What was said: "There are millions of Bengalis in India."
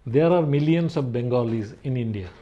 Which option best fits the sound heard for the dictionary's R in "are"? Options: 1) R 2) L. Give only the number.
1